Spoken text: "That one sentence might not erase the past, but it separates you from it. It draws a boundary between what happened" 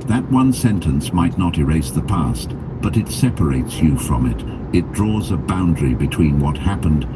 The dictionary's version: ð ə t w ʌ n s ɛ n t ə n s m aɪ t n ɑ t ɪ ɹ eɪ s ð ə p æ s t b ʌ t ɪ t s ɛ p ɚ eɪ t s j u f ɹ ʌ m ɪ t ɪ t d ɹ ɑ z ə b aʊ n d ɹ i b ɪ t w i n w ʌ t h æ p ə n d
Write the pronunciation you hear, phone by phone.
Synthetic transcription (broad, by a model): ð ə t w ʌ n s ɛ n t ə n s m aɪ t n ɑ t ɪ ɹ eɪ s ð ə p æ s t b ʌ t ɪ t s ɛ p ɚ eɪ t s j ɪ f ɹ ʌ m ɪ t ɪ t d ɹ ɑ z ə b aʊ n d ɹ i b ɪ t w i n w ʌ t h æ p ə n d